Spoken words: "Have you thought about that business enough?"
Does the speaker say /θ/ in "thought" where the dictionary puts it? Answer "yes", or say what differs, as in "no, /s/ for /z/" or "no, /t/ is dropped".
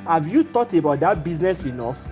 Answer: no, /t/ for /θ/